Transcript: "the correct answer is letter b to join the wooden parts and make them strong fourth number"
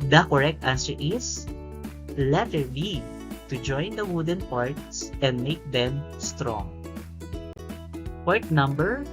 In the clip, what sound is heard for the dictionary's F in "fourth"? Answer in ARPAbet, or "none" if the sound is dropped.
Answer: P